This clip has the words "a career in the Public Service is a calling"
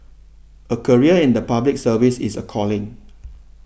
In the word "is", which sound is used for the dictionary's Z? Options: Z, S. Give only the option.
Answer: S